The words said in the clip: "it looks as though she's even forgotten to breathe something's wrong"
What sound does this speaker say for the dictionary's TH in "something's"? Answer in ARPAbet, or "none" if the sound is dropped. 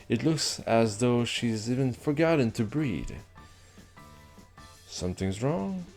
TH